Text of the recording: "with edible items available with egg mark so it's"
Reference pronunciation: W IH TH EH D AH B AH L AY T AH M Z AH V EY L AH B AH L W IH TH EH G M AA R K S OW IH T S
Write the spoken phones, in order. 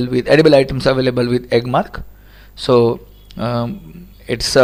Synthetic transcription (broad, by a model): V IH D EH D AH B AH L AY T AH M S AH V EY L AH B AH L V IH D EH G M AA R K S OW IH T S